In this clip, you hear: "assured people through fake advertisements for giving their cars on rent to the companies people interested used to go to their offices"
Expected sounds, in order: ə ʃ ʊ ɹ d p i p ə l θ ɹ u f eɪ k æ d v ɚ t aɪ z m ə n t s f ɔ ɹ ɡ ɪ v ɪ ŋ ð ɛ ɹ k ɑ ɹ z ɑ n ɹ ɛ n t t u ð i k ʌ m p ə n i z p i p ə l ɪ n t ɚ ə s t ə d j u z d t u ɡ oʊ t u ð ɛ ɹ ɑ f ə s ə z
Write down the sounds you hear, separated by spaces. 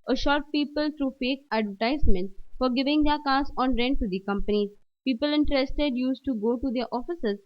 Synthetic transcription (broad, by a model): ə ʃ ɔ ɹ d p i p ə l t ɹ u f eɪ k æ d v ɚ t aɪ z m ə n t f ɔ ɹ ɡ ɪ v ɪ ŋ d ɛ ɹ k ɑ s ɑ n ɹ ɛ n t t u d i k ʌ m p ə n i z p i p ə l ɪ n t ɚ ə s t ə d j u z t u ɡ oʊ t u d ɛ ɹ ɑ f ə s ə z